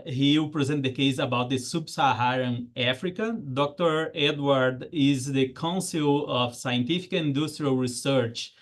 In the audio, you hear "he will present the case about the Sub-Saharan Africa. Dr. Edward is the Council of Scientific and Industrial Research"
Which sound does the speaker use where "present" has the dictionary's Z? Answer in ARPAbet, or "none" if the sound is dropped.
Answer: Z